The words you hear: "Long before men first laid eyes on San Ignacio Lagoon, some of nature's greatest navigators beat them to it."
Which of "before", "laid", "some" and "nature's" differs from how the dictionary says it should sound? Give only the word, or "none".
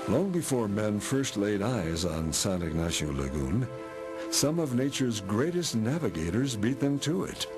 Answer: none